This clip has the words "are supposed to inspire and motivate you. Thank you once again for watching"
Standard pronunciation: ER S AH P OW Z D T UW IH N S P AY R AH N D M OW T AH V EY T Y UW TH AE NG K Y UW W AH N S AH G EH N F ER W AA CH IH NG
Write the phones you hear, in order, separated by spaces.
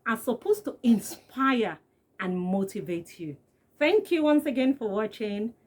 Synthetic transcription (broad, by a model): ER S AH P OW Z T UW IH N S P AY R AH N M OW T AH V EY T Y UW TH AE NG K Y UW W AH N S AH G EH N F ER W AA CH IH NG